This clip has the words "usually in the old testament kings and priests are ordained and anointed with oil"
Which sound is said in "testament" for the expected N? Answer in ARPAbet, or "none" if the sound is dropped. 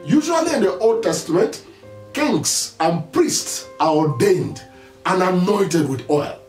N